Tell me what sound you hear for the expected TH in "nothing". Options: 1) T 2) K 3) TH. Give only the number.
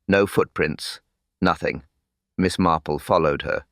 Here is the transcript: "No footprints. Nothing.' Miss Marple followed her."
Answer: 3